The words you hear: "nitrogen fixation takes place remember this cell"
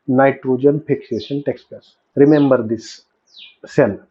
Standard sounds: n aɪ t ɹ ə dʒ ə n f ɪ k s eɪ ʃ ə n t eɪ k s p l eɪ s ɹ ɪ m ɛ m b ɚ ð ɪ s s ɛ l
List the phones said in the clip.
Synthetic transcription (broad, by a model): n aɪ t ɹ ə dʒ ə n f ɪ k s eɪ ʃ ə n t eɪ k s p eɪ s ɹ ɪ m ɛ m b ɚ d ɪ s s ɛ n